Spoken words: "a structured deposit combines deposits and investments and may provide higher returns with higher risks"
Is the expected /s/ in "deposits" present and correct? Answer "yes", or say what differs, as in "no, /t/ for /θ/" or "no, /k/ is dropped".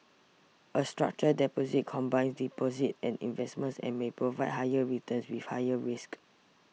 no, /s/ is dropped